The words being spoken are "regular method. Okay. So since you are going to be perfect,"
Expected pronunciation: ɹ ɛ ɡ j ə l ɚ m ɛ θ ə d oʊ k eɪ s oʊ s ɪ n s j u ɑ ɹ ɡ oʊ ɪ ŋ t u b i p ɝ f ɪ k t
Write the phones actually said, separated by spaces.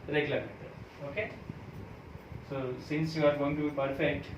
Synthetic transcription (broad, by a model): ɹ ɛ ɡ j l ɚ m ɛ t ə oʊ k eɪ s oʊ s ɪ n s j u ɑ ɹ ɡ oʊ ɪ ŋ t u b i p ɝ f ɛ k t